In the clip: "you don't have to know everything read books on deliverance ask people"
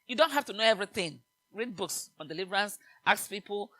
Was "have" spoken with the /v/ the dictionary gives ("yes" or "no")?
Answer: no